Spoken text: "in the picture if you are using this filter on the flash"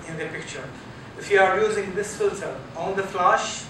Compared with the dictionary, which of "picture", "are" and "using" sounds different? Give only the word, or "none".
none